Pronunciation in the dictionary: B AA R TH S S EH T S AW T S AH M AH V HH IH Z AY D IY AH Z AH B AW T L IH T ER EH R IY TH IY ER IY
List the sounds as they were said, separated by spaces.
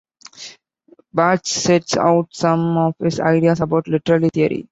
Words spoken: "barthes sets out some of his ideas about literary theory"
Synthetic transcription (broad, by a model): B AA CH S S EH T S AW T S AH M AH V HH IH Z AY D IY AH S AH B AW T L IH T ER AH L IY T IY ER IY